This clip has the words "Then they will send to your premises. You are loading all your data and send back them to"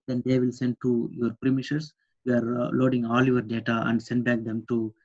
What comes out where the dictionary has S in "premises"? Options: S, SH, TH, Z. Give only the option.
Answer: SH